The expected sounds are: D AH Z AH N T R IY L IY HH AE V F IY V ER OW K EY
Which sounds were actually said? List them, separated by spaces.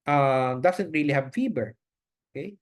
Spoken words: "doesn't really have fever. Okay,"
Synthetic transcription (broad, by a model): D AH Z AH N T R IY L IY HH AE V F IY B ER OW K EY